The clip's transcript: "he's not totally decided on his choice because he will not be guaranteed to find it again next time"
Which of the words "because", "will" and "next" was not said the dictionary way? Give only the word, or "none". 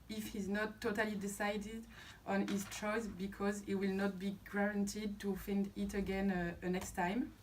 none